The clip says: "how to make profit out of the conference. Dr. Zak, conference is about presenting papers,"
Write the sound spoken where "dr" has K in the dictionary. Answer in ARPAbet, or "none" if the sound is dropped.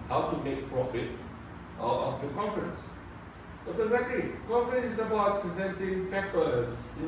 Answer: none